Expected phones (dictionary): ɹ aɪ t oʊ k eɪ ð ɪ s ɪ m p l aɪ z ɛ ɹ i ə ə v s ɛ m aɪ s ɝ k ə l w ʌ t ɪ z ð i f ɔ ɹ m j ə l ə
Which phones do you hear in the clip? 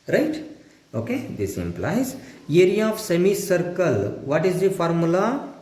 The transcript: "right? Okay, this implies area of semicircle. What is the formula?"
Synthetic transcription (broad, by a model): ɹ aɪ t oʊ k eɪ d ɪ s ɪ m p l aɪ z ɛ ɹ i ə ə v s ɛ m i s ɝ k ə l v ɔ t ɪ z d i f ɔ ɹ m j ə l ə